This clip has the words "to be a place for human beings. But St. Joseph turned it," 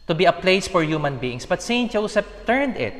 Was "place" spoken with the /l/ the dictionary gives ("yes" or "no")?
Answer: yes